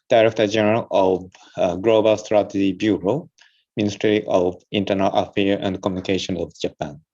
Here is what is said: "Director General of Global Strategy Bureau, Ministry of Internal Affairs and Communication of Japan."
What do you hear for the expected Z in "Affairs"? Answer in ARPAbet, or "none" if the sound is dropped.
none